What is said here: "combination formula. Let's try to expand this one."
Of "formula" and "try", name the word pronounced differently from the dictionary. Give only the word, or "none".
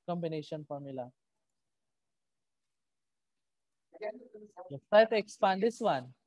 try